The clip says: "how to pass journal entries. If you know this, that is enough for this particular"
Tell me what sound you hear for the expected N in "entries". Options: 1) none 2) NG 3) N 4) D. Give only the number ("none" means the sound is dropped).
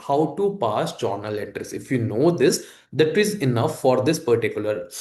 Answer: 1